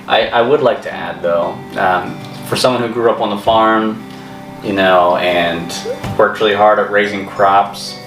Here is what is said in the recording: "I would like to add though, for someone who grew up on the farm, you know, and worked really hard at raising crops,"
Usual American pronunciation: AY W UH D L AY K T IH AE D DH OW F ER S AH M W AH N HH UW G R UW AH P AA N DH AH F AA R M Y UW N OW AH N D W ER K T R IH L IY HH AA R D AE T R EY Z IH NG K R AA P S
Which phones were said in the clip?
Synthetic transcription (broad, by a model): AY W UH D L AY K T IH AE D DH OW F ER S AH M W AH N HH UW G R UW AH P N DH AH F AA R M Y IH N OW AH N W ER K T R IH L IY HH AA R D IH T R EY Z IH NG K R AA P S